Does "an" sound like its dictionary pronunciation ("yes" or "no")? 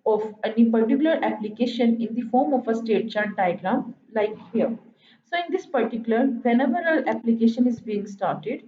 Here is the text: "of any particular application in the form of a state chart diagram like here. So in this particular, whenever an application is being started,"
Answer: no